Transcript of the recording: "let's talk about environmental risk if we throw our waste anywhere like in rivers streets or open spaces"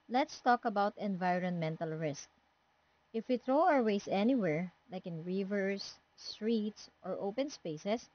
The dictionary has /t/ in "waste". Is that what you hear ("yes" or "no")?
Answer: no